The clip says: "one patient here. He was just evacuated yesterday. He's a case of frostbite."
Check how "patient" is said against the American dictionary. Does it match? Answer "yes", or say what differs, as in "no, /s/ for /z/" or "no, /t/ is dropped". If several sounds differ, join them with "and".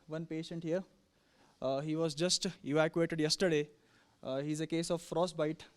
yes